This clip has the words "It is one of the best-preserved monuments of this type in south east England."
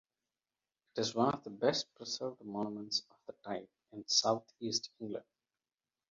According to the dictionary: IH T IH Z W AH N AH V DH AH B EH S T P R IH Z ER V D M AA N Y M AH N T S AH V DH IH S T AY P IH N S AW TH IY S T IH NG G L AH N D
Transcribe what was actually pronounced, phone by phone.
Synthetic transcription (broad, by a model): IH T IH Z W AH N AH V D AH B EH S T P R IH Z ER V D M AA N M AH N T S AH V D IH T AY P IH N S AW T IY S T IH NG G L AH N D